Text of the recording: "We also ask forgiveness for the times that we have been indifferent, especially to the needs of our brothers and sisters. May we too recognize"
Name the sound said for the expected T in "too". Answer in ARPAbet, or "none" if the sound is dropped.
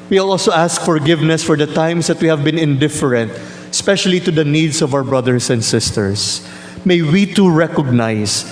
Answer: T